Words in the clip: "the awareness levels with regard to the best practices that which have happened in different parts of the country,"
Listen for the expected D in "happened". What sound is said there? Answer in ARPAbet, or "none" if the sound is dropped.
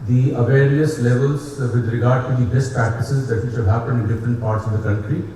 none